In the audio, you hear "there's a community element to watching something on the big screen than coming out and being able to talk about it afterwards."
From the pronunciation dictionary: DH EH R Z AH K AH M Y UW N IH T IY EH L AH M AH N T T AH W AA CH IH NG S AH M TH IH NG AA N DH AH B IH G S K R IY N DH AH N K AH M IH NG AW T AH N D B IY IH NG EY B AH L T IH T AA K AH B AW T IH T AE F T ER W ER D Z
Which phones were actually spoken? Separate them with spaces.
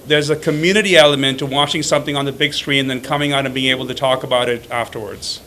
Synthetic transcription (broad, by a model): DH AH R Z AH K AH M Y UW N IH T IY EH L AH M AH N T T AH W AA CH IH NG S AH M TH IH NG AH N DH AH B IH G S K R IY N DH AH N K AH M IH NG AW T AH N B IY IH NG EY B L T IH T AA K AH B AW T IH T AE F T ER W ER D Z